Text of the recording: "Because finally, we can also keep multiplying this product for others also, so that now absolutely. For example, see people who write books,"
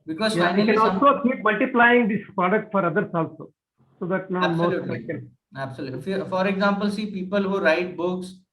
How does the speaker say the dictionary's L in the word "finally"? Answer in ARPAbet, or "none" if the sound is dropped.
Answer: none